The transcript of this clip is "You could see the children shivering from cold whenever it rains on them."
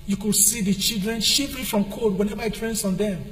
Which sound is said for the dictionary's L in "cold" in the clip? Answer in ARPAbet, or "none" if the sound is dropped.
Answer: none